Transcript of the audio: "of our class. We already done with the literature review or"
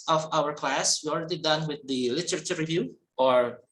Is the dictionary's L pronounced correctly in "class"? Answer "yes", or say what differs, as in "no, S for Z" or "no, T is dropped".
yes